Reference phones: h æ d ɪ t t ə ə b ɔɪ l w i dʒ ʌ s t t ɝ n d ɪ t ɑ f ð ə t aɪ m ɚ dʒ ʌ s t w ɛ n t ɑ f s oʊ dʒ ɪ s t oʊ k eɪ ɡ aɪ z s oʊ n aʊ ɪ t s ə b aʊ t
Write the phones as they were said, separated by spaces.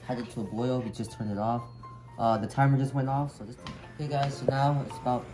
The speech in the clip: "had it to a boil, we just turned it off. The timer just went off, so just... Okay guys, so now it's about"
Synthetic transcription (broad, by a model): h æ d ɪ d t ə ə b ɔɪ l w i dʒ ʌ s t t ɝ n ɪ t ɑ f ð ə t aɪ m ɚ dʒ ʌ s t w ɛ n t ɑ f s oʊ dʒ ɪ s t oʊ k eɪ ɡ aɪ z s oʊ n aʊ ɪ t s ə b aʊ t